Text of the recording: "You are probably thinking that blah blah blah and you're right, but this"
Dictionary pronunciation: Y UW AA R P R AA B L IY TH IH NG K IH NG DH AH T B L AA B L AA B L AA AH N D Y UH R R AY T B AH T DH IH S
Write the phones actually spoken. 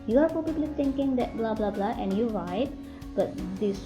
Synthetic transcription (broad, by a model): Y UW AA R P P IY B L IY T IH NG K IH NG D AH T B L AA B L AA B L AA AH N D Y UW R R AY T B AH T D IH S